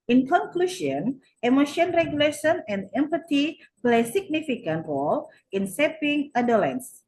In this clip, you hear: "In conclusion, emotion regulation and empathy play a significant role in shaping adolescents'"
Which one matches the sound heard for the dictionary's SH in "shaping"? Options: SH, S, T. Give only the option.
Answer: S